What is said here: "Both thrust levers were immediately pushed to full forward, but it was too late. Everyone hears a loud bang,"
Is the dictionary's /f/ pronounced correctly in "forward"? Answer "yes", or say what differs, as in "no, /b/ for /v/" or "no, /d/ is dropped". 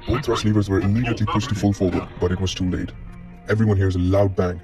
yes